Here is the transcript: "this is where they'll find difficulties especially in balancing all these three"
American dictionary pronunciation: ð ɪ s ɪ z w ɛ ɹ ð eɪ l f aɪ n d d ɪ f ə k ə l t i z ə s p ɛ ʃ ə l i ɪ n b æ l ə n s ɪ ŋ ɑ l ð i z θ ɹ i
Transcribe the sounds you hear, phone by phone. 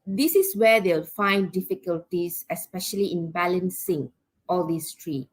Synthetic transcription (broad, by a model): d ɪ s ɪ s w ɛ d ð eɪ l f aɪ n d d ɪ f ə k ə l t i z ə s p ɛ ʃ ə l i ɪ n b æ l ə n s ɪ ŋ ɑ l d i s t ɹ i